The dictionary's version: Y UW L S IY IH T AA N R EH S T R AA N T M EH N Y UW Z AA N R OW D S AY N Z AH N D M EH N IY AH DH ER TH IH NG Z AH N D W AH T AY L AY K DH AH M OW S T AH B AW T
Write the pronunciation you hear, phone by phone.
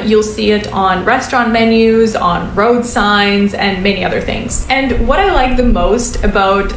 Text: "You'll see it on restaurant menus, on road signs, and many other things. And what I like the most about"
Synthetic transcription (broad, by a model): Y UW L S IY IH T N R EH S T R AA N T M EH N Y UW Z N R OW D S AY N Z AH N M EH N IY AH DH ER TH IH NG Z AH N W AH T AY L AY K DH AH M OW S T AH B AW T